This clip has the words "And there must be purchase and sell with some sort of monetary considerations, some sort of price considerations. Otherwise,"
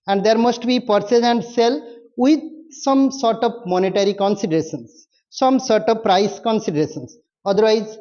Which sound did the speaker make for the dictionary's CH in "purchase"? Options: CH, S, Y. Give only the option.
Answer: S